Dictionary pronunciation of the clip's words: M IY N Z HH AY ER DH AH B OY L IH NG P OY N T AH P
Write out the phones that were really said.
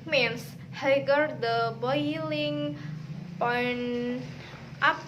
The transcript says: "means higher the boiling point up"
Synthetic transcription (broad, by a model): M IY N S HH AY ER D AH B OY L IH NG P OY N T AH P